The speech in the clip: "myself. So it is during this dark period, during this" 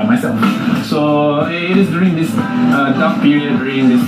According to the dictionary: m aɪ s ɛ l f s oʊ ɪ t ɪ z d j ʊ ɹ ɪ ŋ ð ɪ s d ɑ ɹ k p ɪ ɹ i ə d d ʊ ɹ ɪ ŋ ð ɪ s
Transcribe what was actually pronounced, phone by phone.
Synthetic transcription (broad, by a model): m aɪ s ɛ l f s oʊ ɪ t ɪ s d j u ɹ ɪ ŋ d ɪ s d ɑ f p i ɹ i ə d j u ɹ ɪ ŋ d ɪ s